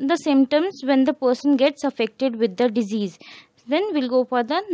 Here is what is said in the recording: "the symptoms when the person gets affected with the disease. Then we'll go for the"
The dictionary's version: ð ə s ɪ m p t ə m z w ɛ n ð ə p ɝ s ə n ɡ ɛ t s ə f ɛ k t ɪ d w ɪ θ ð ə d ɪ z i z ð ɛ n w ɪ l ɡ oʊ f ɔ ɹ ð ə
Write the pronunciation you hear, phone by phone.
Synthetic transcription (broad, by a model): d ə s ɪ m t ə m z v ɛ n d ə p ɝ s ə n ɡ ɛ t s ə f ɛ k t ɪ d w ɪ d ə d ɪ z i z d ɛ n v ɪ l ɡ oʊ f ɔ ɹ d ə